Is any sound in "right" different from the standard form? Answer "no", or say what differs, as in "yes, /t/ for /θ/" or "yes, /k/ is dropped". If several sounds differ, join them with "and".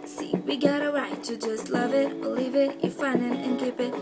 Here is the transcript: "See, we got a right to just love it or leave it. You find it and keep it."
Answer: yes, /w/ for /ɹ/